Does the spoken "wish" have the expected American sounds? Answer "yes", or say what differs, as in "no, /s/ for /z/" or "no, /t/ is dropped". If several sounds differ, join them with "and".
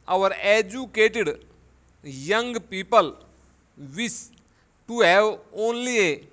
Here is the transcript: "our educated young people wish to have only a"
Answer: no, /s/ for /ʃ/